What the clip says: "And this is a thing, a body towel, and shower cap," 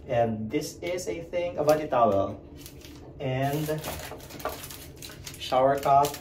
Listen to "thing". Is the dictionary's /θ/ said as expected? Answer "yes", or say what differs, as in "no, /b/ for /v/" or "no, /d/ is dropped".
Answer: yes